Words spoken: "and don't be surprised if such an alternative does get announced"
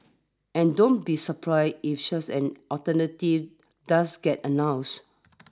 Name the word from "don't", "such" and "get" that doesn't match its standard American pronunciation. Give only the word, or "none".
such